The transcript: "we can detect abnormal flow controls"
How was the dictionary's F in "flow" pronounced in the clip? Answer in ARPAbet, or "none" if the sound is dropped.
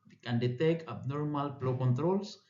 P